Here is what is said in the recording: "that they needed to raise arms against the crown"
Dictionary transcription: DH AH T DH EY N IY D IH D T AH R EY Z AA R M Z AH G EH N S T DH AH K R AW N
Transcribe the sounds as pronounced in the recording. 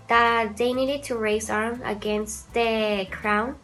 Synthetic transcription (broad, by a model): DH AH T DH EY N IY D IH D T AH R EY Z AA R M AH G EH N S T DH AH K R AW N